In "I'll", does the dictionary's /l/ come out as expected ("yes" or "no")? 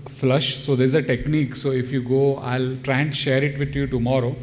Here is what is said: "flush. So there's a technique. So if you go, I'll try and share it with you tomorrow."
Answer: yes